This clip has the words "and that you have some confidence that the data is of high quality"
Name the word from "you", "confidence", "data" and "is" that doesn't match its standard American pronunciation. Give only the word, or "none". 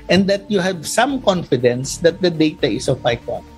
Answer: is